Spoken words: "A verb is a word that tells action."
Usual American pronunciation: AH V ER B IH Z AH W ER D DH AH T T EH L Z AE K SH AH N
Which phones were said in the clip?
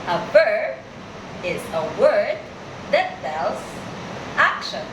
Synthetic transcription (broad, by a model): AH V ER B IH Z AH W ER D DH AH T S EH L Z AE K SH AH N